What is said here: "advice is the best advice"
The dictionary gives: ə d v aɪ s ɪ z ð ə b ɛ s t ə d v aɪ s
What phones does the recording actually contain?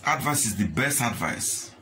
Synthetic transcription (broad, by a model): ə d v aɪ s ɪ z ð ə b ɛ s t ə d v aɪ s